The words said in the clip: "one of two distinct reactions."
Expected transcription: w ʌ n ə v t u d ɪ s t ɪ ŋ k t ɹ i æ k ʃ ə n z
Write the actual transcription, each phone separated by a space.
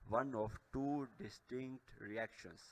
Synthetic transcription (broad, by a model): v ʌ n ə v t u d ɪ s t ɪ ŋ k t ɹ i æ k ʃ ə n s